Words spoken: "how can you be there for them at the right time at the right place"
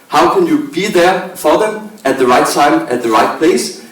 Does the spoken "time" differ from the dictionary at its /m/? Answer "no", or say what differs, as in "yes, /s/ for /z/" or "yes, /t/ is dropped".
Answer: no